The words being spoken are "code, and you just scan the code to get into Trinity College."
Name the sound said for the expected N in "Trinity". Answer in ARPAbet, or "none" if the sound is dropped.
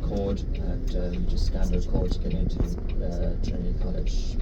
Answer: none